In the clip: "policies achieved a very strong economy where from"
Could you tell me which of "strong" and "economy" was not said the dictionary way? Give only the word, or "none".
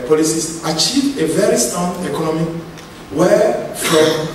strong